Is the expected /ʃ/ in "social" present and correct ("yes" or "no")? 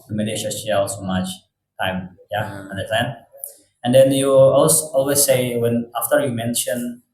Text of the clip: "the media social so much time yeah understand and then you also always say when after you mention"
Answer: no